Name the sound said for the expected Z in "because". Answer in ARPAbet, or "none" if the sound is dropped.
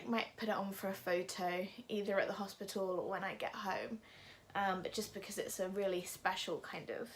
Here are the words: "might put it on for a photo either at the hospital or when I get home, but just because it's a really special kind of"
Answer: Z